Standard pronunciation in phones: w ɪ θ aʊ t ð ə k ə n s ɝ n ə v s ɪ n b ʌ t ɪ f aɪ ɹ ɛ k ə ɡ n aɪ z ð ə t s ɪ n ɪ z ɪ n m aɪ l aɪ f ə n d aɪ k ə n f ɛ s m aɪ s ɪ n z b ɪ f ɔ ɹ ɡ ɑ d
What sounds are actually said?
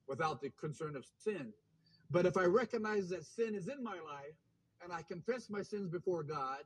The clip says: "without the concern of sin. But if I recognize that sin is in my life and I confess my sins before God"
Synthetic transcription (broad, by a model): w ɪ θ aʊ t ð ə k ə n s ɝ n ə v s ɪ n b ʌ t ɪ f aɪ ɹ ɛ k ə ɡ n aɪ z ð ə t s ɪ n ɪ z ɪ n m aɪ l aɪ f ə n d aɪ k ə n f ɛ s m aɪ s ɪ n z b ɪ f ɔ ɹ ɡ ɑ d